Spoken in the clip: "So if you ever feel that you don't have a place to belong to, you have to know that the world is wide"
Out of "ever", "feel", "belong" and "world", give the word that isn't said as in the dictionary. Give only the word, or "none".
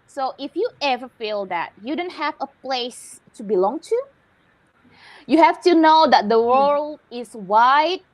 world